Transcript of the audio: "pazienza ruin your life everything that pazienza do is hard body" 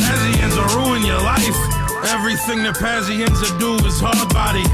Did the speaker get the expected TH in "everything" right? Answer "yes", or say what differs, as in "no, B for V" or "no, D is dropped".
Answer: yes